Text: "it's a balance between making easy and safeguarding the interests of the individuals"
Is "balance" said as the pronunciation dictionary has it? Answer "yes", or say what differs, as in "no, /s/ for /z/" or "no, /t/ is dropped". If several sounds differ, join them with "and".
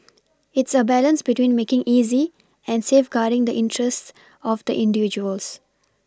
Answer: yes